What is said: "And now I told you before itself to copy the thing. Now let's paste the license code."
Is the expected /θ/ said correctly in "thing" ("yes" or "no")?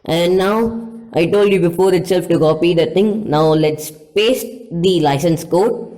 no